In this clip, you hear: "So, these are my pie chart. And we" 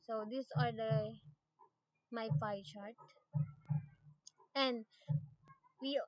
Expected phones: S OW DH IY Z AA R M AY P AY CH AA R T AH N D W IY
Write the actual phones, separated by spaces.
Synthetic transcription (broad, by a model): S OW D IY S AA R M AY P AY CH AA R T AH N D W IY